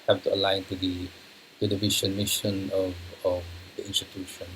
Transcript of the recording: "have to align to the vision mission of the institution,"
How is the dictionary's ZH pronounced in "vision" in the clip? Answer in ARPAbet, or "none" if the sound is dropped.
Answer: SH